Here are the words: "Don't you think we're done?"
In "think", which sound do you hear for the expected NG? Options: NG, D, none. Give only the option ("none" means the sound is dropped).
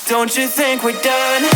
NG